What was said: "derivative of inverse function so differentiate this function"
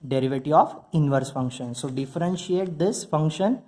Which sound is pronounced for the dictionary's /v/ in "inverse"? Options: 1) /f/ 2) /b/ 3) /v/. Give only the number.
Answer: 3